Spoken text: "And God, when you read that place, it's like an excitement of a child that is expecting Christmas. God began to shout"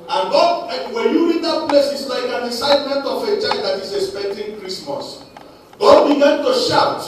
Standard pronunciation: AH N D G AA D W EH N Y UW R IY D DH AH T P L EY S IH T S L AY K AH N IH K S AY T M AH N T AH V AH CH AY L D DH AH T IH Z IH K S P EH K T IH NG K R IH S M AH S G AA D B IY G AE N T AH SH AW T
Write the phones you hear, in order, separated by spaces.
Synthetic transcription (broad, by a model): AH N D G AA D W EH N Y UW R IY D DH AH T P L EY S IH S L AY K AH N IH S AY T M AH N T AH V AH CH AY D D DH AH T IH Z IH K S P EH K T IH NG K R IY S M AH S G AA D B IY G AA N T AH SH AW T